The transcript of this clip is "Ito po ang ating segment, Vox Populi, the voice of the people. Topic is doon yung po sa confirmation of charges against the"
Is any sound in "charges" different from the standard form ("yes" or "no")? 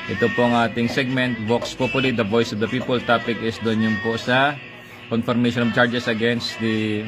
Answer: yes